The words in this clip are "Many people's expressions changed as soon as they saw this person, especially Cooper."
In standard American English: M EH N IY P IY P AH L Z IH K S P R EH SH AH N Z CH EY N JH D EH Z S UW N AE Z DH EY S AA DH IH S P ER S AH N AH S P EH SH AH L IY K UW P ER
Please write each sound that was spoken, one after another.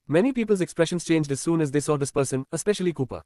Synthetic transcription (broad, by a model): M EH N IY P IY P AH L Z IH K S P R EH SH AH N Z CH EY N JH D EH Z S UW N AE Z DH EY S AA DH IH S P ER S AH N AH S P EH SH AH L IY K UW P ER